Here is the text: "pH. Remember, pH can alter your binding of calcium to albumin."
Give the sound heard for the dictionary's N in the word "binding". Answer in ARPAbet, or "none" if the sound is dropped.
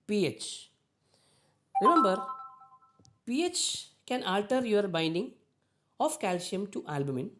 N